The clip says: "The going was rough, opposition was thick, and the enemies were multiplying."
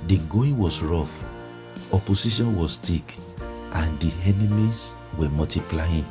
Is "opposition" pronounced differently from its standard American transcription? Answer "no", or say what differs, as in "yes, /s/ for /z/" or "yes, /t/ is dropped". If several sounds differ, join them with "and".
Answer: yes, /s/ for /z/